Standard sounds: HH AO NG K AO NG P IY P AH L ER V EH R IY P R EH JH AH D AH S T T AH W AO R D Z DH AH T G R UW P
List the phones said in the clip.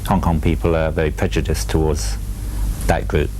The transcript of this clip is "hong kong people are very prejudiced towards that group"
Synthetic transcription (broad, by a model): HH AO NG K AO NG P IY P AH L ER V EH R IY P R EH JH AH D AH S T T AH W AO D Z DH AH T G R UW P